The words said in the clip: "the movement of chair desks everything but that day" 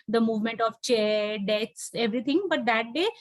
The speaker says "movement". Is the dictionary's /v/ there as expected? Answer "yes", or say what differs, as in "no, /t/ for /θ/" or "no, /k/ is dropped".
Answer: yes